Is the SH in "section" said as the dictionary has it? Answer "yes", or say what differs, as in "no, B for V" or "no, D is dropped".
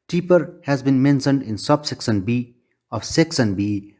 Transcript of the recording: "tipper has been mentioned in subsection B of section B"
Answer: no, S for SH